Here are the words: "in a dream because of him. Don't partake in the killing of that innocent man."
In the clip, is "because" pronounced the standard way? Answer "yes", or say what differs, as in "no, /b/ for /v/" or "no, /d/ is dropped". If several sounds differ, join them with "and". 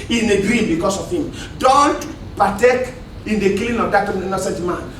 no, /s/ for /z/